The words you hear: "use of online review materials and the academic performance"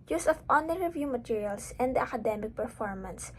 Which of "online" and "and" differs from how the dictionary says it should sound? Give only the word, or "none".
online